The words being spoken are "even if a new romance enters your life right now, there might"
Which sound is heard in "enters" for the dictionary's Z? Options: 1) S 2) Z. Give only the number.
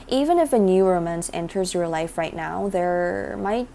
2